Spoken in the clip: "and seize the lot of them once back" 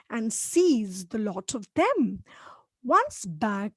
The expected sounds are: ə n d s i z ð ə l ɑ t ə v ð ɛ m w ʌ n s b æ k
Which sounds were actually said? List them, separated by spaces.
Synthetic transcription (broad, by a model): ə n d s i z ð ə l ɑ t ə v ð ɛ m w ʌ n s b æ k